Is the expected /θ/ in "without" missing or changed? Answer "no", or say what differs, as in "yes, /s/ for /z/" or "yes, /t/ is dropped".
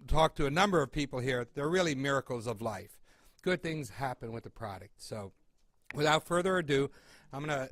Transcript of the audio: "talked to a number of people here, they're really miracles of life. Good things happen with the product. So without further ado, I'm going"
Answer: no